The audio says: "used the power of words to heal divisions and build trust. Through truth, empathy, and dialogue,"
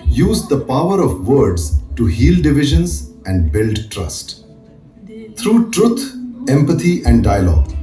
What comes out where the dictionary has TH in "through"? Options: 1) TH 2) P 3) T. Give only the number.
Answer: 3